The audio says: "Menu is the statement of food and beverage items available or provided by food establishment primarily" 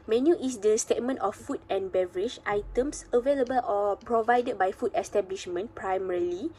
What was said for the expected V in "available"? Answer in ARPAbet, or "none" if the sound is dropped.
V